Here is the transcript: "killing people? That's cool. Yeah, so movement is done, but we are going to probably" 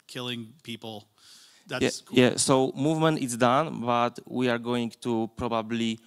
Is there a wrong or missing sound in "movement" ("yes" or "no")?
no